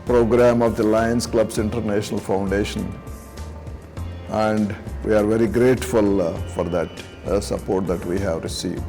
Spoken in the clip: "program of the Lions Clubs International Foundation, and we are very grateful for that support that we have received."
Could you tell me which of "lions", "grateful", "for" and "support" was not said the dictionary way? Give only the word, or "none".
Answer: lions